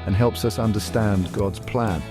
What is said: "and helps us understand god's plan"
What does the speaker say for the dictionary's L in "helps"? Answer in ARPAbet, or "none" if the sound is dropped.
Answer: L